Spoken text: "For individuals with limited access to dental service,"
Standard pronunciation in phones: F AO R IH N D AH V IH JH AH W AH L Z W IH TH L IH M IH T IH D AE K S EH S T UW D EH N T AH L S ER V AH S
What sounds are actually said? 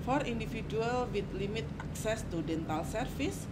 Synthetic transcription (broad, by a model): F AO R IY N D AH F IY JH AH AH L W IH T L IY M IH T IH K S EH S T UW D EH N T AH L S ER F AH S